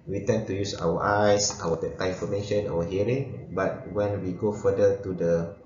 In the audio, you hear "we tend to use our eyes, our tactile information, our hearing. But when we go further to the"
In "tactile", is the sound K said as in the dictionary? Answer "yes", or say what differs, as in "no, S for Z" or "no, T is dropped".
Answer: no, K is dropped